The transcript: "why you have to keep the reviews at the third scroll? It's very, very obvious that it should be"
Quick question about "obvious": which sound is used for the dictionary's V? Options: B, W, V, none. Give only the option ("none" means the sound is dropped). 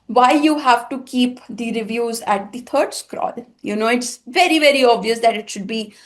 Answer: V